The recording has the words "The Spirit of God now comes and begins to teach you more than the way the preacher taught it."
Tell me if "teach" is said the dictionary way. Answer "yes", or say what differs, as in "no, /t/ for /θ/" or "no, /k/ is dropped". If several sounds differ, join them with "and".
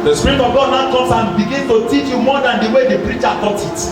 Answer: yes